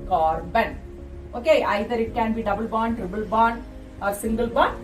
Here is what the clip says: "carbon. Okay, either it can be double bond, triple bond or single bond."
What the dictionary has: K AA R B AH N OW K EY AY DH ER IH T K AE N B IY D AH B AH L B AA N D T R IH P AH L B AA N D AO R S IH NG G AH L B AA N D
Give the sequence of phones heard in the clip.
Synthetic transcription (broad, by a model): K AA R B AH N OW K EY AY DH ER IH T K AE N B IY D AH B AH L B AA N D T R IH B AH L B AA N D AO R S IH NG G AH L B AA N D